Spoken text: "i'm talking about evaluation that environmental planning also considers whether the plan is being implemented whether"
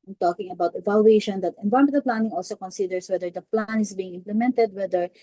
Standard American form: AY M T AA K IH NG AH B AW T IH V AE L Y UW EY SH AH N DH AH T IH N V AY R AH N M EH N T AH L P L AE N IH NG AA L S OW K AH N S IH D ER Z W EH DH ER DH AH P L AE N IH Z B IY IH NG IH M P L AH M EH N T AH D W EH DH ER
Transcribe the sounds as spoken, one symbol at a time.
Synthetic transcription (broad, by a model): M T AA K IH NG AH B AW T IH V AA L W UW EY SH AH N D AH T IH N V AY AH M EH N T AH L P L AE N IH NG AA L S OW K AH N S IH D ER S W EH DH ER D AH P L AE N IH S B IY IH NG IH M P L AH M EH N T AH D W EH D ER